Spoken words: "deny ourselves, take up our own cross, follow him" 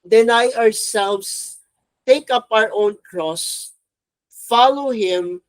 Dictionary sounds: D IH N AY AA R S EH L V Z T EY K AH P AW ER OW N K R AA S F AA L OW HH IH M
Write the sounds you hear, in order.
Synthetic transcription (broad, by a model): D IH N AY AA R S EH L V S T EY K AH P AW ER OW N K R AA S F AA L OW HH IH M